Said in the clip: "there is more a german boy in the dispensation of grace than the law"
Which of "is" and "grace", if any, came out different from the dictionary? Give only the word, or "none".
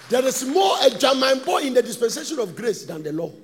is